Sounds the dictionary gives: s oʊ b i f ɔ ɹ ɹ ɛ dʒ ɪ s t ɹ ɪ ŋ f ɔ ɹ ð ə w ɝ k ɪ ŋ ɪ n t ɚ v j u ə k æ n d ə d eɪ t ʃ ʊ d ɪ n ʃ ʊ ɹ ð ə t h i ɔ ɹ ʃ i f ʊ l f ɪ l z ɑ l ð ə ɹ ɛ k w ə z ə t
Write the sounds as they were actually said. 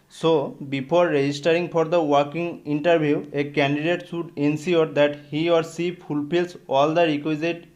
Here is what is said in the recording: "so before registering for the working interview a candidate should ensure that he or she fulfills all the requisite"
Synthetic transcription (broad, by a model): s oʊ b i p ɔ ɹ ɹ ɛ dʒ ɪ s t ɹ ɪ ŋ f ɔ ɹ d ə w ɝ k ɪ ŋ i n t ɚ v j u ə k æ n d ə d eɪ t s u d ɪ n s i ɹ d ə t h i ɔ ɹ s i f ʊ l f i l s ɑ l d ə ɹ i k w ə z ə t